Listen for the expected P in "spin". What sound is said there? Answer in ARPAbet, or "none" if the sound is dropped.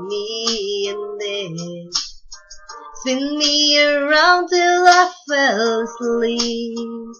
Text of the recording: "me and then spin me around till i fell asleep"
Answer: none